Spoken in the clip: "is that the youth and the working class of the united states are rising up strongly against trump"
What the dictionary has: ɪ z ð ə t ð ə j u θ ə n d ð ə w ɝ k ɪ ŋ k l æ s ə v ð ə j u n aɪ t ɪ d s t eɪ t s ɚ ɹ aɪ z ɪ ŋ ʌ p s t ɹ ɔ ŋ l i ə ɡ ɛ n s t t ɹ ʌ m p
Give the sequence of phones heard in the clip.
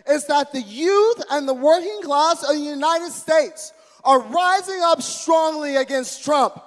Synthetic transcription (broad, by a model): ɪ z ð ə t ð ə j u θ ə n ð ə w ɝ k ɪ ŋ k l æ s ə v ð ə j u n aɪ t ɪ d s t eɪ t s ɚ ɹ aɪ z ɪ ŋ ʌ p s t ɹ ɔ ŋ l i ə ɡ ɛ n s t t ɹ ʌ m p